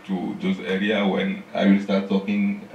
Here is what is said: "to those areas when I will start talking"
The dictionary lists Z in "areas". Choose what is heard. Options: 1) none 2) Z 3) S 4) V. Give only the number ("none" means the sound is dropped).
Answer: 1